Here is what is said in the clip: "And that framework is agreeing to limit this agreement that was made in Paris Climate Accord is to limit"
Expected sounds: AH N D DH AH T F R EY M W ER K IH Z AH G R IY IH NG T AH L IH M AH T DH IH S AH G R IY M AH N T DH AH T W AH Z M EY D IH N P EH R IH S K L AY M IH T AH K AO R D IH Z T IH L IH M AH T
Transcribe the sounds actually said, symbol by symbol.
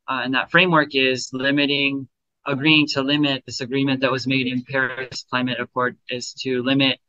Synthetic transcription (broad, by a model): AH N DH AH T F R EY M W ER K IH Z AH G R IY IH NG T AH L IH M AH T DH IH S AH G R IY M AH N DH AH T W AH Z M EY D IH N P EH R IH S K L AY M IH T AH K AO R D IH Z T IH L IH M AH T